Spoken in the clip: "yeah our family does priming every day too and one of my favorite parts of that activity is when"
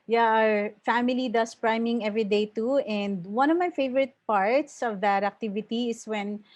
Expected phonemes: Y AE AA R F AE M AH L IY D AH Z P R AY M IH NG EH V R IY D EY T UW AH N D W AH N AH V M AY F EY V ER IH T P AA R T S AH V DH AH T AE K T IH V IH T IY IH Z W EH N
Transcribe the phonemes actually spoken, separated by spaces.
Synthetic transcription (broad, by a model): Y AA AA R F AE M AH L IY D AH S P R AY M IH NG EH V R IY D EY T UW AH N D W AH N AH V M AY F EY V ER IH T P AA R T S AH V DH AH T AE K T IH V IH T IY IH S W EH N